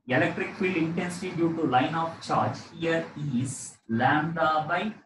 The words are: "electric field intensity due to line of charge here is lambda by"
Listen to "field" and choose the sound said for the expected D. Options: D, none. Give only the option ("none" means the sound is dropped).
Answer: none